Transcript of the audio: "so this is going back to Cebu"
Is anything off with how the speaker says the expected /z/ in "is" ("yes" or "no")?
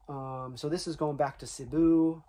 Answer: no